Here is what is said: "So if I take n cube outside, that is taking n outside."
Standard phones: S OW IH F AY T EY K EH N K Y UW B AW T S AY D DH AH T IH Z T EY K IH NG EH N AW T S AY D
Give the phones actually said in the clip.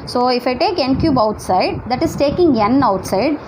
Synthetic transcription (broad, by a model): S OW IH F AY T EY K EH N K Y UW B AW T S AY D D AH T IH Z T EY K IH NG EH N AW T S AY D